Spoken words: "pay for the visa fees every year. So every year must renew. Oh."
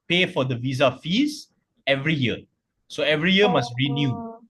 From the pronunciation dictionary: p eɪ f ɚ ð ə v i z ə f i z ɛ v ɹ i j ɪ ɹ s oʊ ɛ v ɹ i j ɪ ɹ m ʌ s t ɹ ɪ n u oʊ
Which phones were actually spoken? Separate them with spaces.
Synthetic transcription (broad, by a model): p eɪ f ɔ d ə v i z ə f i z ɛ v ɹ i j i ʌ s oʊ ɛ v ɹ i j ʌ m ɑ s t ɹ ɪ n u